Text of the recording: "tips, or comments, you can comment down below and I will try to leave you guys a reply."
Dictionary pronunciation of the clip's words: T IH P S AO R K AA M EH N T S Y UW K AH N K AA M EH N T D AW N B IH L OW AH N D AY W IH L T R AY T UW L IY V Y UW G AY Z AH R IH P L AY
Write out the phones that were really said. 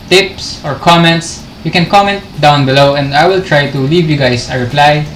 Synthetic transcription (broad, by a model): T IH P S AO R K AA M EH N T S Y UW K AH N K AA M EH N T D AW N B IH L OW AH N D AY W IH L T R AY T UW L IY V Y UW G AY S AH R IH P L AY